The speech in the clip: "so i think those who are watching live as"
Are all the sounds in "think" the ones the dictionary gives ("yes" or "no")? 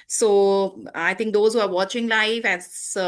no